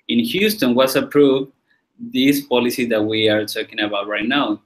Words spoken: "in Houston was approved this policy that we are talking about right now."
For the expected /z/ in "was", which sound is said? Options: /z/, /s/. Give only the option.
/s/